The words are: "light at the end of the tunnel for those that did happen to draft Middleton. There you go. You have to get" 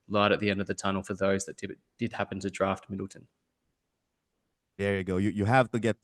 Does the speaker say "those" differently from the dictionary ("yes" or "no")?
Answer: no